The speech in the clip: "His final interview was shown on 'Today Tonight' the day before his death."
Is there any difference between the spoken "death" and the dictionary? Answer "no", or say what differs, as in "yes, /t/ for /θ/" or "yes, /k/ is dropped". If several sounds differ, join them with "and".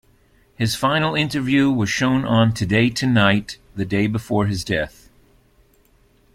no